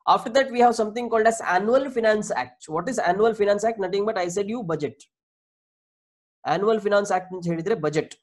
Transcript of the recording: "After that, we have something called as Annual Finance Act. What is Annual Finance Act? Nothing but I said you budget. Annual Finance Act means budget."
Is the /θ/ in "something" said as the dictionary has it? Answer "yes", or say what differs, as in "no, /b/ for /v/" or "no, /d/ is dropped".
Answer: no, /t/ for /θ/